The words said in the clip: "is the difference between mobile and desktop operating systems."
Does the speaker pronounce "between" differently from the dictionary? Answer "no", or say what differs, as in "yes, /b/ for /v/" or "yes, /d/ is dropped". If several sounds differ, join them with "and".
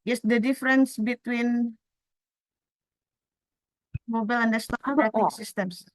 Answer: no